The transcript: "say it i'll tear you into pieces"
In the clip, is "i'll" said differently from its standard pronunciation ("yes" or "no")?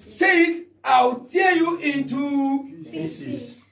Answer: yes